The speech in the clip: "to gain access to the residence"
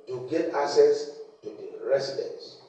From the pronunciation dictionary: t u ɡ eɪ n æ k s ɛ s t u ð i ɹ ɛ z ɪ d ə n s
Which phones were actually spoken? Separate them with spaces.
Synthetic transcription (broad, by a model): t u ɡ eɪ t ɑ s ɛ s t u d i ɹ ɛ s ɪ d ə n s